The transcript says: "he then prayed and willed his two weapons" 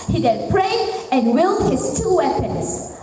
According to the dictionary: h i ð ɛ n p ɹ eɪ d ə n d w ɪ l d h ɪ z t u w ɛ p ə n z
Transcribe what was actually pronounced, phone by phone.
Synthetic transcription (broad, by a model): h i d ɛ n p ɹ eɪ ə n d w ɪ l d h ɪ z t u w ɛ p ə n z